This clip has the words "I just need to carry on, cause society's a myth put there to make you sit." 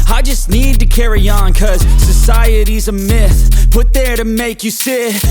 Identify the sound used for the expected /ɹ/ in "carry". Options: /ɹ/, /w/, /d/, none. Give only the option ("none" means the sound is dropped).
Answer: /ɹ/